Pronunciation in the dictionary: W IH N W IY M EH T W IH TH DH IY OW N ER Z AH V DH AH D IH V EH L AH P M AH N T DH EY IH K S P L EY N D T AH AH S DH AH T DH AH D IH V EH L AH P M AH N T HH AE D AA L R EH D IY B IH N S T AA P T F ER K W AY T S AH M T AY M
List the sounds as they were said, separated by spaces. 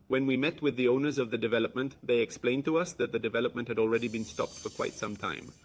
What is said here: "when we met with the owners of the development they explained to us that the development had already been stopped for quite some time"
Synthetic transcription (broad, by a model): W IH N W IY M EH T W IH DH IY OW N ER Z AH V DH AH D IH V EH L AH P M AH N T DH EY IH K S P L EY N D T AH AH S DH AH T DH AH D IH V EH L AH P M AH N T HH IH D AA L R EH D IY B IH N S T AA P T F ER K W AY T S AH M T AY M